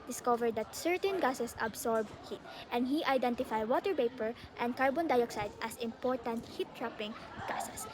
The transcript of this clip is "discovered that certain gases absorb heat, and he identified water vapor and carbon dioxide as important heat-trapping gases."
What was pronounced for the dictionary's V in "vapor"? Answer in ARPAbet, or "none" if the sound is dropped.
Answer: P